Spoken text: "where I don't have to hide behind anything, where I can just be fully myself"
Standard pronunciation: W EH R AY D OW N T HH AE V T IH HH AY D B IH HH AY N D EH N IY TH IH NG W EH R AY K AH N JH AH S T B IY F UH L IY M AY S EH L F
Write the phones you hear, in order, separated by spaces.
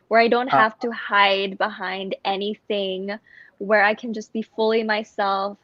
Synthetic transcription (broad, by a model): W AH R AY D OW N T HH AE F T IH HH AY D B IH HH AY N D EH N IY TH IH NG W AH R AY K AH N JH AH S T B IY F UH L IY M AY S EH L F